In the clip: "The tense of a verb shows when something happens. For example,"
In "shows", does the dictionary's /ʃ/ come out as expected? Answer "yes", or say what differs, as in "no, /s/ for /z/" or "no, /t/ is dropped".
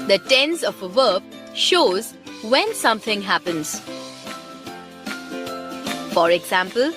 yes